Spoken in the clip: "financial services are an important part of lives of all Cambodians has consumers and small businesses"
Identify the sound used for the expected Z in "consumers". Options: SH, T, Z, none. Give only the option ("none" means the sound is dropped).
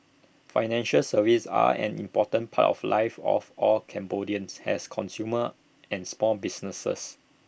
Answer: none